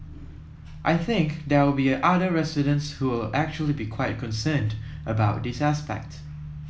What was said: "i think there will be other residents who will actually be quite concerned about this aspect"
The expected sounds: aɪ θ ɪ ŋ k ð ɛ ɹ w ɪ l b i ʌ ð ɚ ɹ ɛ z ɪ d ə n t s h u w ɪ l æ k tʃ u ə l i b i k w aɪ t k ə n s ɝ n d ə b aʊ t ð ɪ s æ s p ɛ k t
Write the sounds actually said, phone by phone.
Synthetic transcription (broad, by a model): aɪ θ ɪ ŋ k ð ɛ w ɪ l b i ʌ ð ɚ ɹ ɛ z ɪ d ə n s h u w ɪ l æ k tʃ u ə l i b i k w aɪ t k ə n s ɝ n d ə b aʊ t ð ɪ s æ s p ɛ k t